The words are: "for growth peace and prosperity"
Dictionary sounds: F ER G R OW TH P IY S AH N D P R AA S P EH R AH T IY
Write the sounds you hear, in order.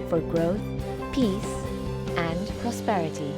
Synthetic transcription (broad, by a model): F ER G R OW TH P IY S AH N P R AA S P EH R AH T IY